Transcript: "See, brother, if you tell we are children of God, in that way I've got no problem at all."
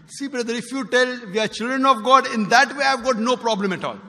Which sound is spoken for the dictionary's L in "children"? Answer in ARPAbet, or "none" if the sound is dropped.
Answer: L